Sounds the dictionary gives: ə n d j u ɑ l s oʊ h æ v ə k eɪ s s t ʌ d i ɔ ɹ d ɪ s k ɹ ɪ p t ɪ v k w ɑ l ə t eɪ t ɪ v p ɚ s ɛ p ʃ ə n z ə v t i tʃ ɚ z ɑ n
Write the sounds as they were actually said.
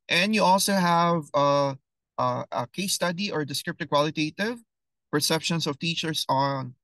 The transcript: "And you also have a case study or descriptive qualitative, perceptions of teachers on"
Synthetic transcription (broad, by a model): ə n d j u ɑ l s oʊ h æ v ə k eɪ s s t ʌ d i ɔ ɹ d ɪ s k ɹ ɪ p t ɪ k w ɑ l ə t eɪ t ɪ v p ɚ s ɛ p ʃ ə n s ə v t i tʃ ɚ s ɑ n